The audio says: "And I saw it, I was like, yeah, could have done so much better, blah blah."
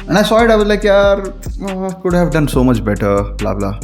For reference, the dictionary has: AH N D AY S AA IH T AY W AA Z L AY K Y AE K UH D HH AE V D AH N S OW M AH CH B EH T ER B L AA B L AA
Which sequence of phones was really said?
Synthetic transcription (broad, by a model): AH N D AY S AA IH T AY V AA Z L AY K Y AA K UH D HH AE V D AH N S OW M AH CH B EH T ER B L AA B L AA